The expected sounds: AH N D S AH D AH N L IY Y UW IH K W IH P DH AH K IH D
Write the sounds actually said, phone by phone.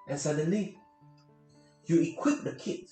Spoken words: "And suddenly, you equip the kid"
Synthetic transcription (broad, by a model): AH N S AH D AH N L IY Y UW IH K W IH P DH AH K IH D